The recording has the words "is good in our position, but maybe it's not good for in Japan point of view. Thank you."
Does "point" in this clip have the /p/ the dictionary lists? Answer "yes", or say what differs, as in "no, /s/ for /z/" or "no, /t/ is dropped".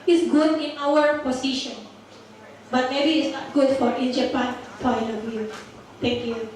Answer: no, /f/ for /p/